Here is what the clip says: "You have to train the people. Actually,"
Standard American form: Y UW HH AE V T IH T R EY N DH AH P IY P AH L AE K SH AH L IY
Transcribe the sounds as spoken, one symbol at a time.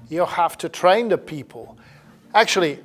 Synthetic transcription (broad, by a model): Y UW HH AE F T IH T R EY N DH AH P IY P AH L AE K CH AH L IY